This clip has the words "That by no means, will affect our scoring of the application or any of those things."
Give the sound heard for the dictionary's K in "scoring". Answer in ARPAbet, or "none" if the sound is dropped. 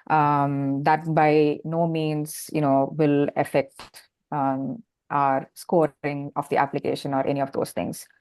K